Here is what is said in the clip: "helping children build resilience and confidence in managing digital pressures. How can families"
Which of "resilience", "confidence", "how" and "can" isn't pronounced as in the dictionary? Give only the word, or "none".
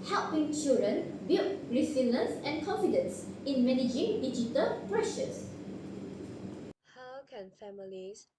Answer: resilience